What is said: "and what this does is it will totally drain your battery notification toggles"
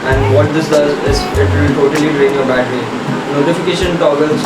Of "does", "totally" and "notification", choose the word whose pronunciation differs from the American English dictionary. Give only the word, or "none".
none